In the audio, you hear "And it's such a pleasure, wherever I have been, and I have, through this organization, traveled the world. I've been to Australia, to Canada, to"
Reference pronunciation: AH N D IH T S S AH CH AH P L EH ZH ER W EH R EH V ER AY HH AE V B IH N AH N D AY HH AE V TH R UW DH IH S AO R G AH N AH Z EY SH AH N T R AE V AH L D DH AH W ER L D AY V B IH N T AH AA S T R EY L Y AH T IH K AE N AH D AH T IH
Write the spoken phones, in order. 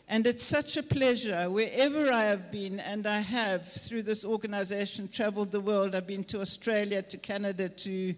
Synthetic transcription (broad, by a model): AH N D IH T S S AH CH AH P L EH ZH ER W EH R EH V ER AY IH V B IH N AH N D AY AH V TH R UW DH IH S AO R G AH N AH Z EY SH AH N T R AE V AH L D DH AH W ER L D AY V B IH N T AH AA S T R EY L Y AH T IH K AE N AH D AH T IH